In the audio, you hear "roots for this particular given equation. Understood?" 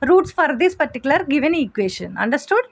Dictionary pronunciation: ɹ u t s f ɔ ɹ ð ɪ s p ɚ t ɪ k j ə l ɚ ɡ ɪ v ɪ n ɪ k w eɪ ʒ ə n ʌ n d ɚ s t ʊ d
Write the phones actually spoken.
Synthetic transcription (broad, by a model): ɹ u t s f ɔ ɹ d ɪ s p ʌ t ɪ k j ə l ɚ ɡ ɪ v ɪ n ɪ k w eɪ ʃ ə n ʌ n d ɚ s t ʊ d